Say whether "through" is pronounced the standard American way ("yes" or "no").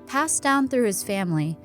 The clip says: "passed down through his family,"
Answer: yes